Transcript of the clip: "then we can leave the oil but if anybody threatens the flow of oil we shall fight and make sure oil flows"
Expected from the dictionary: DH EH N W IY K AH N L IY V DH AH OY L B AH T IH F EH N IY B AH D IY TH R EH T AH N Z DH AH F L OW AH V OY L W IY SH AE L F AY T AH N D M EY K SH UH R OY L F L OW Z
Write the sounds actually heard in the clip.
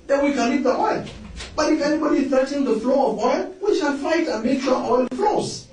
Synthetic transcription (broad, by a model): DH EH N W IY K AH N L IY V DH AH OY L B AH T IH F EH N IY B AH D IY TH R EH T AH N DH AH F L OW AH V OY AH W IY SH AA N F AY T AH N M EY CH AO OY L F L OW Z